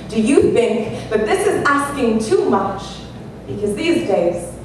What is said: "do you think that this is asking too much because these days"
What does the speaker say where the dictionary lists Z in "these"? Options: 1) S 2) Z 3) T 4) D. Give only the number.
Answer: 2